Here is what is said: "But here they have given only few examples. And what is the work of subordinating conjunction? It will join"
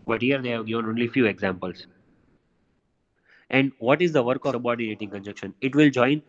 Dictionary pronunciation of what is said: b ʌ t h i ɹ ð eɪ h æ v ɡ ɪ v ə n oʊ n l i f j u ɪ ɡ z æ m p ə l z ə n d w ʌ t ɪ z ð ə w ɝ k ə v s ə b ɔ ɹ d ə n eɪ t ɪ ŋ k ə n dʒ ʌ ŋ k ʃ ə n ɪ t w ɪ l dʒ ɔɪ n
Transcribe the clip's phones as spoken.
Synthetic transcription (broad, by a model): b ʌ t h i ɹ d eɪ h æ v ɡ ɪ v ə n oʊ n l i f j u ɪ ɡ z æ m p ə l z ə n d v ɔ t ɪ z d ə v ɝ k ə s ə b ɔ d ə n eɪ t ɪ ŋ k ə n dʒ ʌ k ʃ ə n ɪ t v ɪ l dʒ ɔɪ n